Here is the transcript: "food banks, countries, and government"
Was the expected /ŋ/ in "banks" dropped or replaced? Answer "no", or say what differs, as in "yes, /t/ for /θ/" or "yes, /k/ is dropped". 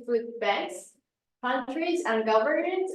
yes, /ŋ/ is dropped